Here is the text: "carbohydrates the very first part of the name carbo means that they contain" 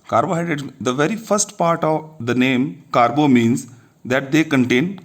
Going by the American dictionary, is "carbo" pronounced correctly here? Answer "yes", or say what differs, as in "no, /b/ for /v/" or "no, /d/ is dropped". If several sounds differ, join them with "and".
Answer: yes